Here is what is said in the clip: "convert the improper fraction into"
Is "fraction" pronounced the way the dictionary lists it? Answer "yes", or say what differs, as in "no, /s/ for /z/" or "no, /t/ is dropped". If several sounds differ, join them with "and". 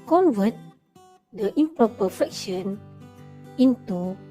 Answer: no, /ɹ/ is dropped